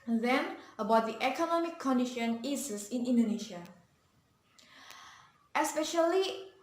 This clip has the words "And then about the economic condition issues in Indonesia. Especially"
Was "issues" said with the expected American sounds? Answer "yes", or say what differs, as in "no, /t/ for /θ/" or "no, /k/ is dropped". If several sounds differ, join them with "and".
no, /s/ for /ʃ/ and /s/ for /z/